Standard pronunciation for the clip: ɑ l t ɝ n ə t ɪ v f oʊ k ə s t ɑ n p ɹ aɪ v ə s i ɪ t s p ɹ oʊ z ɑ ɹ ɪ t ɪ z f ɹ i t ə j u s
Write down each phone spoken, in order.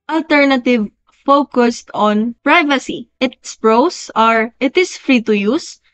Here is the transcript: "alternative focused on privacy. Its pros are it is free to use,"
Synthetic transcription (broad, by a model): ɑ l t ɝ n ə t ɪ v f oʊ k ə s t ɑ n p ɹ aɪ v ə s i ɪ t s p ɹ oʊ s ɑ ɹ ɪ t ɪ s f ɹ i t ə j u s